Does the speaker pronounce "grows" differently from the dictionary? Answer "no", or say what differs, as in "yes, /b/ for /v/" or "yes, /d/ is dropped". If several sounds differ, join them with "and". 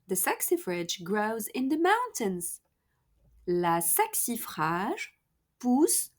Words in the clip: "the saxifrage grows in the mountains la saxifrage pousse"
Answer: no